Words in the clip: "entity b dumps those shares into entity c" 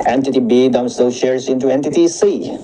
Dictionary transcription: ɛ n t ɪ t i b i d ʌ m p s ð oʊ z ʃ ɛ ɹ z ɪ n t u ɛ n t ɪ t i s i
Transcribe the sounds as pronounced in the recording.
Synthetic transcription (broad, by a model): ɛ n t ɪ t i b i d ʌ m s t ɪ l ʃ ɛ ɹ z ɪ n t u ɛ n t ɪ t i s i